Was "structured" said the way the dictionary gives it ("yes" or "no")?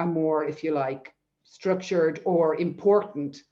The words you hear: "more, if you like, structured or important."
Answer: yes